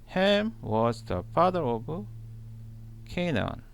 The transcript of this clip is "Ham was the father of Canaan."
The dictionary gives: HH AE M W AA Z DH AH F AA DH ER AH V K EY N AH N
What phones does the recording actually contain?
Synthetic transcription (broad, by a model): HH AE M W AA Z DH AH F AA DH ER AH B K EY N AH N